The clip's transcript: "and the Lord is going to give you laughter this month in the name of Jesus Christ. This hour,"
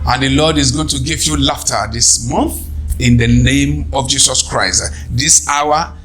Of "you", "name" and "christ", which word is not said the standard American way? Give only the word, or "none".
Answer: none